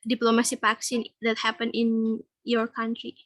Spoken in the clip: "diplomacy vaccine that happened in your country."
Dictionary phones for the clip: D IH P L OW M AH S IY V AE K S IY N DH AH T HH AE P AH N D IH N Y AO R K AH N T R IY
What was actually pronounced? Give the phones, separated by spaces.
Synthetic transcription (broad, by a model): D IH P L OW M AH S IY P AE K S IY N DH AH T HH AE P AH N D IH N Y AO R K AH N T R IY